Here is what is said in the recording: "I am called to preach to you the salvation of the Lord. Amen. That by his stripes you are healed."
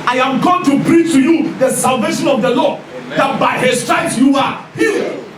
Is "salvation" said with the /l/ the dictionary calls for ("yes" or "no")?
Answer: yes